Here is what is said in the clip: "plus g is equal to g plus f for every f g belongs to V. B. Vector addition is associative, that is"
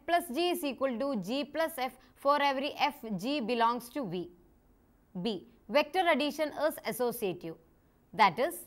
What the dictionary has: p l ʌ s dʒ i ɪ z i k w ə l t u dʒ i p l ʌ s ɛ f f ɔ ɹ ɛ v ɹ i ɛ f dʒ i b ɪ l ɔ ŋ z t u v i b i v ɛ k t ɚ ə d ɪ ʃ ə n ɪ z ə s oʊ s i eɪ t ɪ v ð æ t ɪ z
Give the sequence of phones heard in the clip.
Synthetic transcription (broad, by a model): p l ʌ s dʒ i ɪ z i k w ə l t u dʒ i p l ʌ s ɛ f f ɔ ɹ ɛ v ɹ i ɛ f dʒ i b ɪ l ɔ ŋ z t u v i b i v ɛ k t ɚ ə d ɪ ʃ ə n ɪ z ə s oʊ s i eɪ t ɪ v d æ t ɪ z